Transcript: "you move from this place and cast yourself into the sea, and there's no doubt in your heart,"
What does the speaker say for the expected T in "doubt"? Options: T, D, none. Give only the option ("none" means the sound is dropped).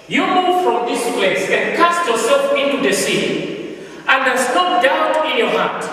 none